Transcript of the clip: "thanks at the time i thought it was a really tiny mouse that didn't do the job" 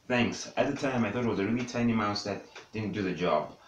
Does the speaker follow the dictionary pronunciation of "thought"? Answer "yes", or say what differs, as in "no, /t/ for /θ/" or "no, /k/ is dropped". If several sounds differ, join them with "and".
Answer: yes